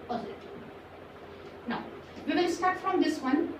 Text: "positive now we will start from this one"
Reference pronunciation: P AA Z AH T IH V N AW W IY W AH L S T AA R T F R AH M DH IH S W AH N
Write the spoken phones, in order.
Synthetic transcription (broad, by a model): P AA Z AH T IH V N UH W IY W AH N S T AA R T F R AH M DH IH S W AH N